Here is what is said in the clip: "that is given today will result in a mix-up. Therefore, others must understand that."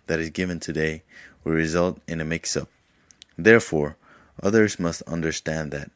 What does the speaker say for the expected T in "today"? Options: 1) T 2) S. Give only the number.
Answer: 1